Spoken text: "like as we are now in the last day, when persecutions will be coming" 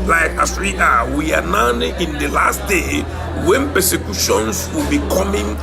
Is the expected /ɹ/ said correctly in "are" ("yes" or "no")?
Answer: no